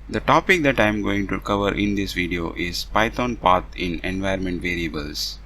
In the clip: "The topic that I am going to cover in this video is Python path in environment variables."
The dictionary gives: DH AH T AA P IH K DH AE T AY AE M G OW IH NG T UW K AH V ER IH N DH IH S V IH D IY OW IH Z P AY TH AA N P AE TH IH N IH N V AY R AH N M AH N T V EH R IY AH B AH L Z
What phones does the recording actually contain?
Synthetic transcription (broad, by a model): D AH T AA P IH K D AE T AY M G OW IH NG T UW K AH V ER IH N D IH S V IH D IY OW IH Z P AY T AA N P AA T IH N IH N V AY R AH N M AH N T V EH R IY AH B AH L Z